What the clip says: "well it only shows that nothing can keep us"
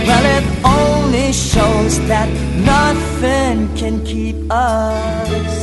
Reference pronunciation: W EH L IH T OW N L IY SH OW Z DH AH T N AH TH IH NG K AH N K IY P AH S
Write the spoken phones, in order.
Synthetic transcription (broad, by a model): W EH L IH T OW N L IY SH OW Z DH AH T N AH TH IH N K AH N K IY P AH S